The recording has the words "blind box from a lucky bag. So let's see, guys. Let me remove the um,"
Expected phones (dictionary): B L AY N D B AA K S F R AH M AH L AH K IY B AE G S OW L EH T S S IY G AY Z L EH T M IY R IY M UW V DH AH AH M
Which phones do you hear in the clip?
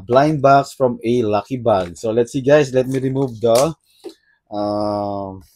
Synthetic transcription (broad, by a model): B L AY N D B AA K S F R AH M AH L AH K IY B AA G S OW L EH T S S IY G AY S L EH T M IY R IY M UW V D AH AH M